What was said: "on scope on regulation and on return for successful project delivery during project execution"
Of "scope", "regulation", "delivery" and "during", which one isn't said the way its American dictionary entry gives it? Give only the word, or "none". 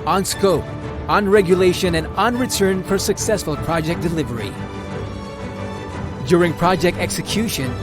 none